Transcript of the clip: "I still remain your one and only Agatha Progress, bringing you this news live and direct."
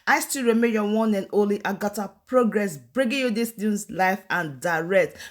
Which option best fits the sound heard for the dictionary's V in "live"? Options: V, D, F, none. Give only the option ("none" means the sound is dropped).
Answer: F